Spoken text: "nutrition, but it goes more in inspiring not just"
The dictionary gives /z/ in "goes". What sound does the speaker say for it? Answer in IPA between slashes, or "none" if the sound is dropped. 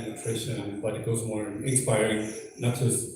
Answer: /z/